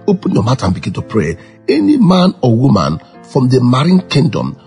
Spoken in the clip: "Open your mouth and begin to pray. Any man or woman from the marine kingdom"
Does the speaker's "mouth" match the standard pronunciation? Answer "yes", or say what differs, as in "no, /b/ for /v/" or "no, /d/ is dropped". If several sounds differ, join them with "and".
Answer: no, /t/ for /θ/